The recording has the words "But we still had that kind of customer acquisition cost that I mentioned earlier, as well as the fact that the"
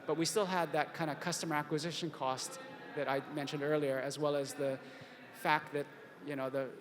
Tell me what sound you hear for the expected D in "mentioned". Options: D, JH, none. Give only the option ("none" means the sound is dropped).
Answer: D